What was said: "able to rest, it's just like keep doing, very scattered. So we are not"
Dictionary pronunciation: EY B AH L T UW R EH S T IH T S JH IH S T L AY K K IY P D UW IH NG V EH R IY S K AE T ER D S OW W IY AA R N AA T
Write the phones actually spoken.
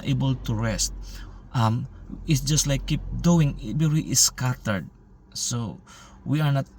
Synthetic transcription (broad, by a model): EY B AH L T UW R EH S T IH T S JH IH S T L AY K K IY P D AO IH NG B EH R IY S K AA T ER D S OW W IY AA R N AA T